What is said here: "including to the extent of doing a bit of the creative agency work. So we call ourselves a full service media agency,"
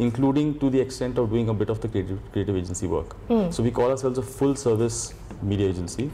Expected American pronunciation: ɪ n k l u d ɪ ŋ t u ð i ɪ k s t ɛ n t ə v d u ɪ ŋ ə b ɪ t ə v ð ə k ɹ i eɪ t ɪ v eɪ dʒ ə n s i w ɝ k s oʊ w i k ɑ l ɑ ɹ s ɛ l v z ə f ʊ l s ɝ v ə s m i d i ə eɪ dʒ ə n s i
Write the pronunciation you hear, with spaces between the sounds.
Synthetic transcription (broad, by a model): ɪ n k l u d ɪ ŋ t u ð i ɪ k s t ɛ n t ə v d u ɪ ŋ ə b ɪ t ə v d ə k ɹ i eɪ t ɪ v eɪ dʒ ə n s i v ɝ k s oʊ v i k ɑ l ɑ ɹ s ɛ l v z ə f ʊ l s ɝ v ə s m i d i ə eɪ dʒ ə n s i